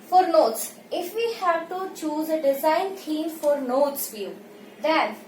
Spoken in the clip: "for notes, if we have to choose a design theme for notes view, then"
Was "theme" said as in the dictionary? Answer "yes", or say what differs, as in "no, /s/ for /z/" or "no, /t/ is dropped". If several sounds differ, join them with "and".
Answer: no, /t/ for /θ/